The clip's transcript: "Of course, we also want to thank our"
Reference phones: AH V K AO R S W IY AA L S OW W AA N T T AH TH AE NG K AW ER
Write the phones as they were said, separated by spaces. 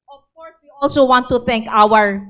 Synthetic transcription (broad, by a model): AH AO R W IY AA L S OW W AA N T T AH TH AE NG K AW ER